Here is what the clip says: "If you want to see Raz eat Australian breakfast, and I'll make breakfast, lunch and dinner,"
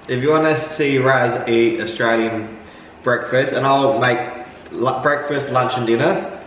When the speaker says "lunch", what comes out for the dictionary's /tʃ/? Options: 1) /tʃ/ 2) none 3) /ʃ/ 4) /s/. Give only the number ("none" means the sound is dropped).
1